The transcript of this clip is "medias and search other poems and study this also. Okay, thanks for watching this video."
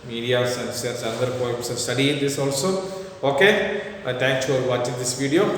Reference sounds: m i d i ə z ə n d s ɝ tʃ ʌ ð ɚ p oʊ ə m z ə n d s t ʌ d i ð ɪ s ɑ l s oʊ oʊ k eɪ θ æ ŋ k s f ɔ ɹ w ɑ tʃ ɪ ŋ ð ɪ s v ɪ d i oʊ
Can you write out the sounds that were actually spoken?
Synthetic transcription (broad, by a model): m i d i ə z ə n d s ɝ s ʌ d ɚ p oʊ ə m s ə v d s t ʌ d i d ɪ s ɑ l s oʊ oʊ k eɪ t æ ŋ k s f ɔ ɹ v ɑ tʃ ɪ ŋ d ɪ s v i d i oʊ